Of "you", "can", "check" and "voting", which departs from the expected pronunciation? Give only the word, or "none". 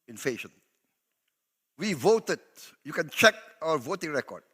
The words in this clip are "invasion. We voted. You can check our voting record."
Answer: none